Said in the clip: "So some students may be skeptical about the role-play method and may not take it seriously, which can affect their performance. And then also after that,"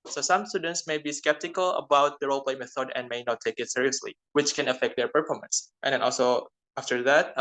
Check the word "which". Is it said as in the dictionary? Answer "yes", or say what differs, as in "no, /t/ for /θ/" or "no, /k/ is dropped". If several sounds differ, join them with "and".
yes